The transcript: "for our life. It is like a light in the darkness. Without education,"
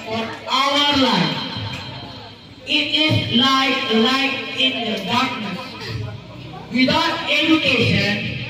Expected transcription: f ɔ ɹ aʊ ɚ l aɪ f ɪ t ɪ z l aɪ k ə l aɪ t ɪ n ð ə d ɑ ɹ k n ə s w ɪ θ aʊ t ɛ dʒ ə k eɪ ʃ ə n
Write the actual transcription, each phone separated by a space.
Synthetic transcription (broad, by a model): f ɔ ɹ aʊ ɚ l aɪ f ɪ t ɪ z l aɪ ə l aɪ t ɪ n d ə d ɑ ɹ k n ə s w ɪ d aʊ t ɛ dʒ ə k eɪ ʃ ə n